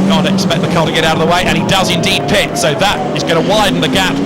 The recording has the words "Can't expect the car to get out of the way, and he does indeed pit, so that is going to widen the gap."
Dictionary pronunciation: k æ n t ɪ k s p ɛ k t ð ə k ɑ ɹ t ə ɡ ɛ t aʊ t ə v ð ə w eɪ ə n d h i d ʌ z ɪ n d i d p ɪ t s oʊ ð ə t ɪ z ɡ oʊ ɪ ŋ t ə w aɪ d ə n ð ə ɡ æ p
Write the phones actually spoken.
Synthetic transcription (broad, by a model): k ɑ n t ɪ k s p ɛ k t ð ə k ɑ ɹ t ə ɡ ɛ t aʊ t ə v ð ə w eɪ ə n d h i d ʌ z ɪ n d i d p ɪ t s oʊ ð ə t ɪ z ɡ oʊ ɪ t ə w aɪ d n ð ə ɡ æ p